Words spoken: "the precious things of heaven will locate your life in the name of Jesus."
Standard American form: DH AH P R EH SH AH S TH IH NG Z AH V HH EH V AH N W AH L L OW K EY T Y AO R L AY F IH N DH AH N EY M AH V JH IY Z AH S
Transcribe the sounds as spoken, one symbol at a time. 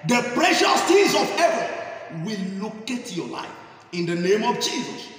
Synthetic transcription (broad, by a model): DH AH P R EH SH AH S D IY Z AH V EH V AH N W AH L L OW K EY T Y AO L AY F IH N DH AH N EY M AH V JH IY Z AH S